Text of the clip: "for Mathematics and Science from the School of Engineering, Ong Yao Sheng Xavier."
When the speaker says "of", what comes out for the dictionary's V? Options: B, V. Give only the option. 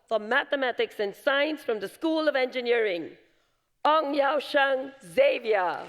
V